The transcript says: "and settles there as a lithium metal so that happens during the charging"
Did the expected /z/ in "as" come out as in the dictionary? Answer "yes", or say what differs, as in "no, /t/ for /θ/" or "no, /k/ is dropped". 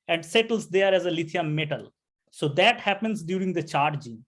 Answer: yes